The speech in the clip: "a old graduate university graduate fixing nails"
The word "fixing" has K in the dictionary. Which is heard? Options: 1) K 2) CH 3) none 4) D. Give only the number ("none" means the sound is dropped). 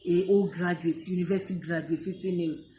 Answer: 3